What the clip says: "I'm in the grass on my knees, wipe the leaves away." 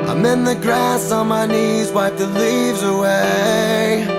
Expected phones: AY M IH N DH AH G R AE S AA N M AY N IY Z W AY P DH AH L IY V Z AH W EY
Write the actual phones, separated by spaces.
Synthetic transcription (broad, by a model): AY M IH N DH AH G R AE S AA N M AY N IY Z W AY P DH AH L IY V Z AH W EY